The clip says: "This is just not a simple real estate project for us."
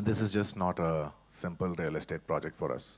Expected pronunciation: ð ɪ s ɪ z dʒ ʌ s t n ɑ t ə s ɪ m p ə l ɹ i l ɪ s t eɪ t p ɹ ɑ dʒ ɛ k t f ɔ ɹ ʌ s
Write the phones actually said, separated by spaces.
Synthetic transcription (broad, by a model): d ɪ s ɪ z dʒ ʌ s t n ɑ t ə s ɪ m p ə l ɹ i l ɪ s t eɪ t p ɹ ɑ dʒ ɛ k t f ɔ ɹ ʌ s